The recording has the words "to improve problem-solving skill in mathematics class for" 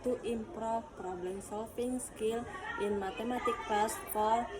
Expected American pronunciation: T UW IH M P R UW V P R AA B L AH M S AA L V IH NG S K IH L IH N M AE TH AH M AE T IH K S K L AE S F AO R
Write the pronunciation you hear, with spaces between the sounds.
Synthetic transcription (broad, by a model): T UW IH M P R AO P R AA B L AH M S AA L F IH NG S K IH L IH N M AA T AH M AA T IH K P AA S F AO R